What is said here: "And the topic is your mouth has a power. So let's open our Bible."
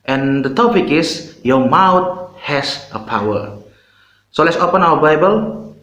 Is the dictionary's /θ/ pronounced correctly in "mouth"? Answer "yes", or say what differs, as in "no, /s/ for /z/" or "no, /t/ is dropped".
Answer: no, /t/ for /θ/